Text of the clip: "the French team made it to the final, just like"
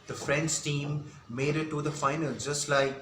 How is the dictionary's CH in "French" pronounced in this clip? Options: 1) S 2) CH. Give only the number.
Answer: 1